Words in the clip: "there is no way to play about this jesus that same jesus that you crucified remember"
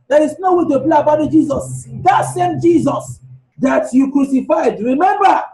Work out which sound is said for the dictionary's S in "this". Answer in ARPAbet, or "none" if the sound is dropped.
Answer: none